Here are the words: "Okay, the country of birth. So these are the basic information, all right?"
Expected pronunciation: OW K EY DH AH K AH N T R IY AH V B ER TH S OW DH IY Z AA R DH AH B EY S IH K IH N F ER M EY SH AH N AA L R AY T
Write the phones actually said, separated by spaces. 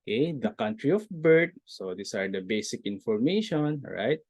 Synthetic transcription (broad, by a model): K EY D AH K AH N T R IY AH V B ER T S OW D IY S AA R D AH B EY S IH K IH N F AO M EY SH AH N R AY T